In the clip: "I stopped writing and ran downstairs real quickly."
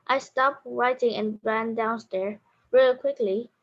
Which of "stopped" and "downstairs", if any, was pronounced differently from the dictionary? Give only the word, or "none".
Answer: downstairs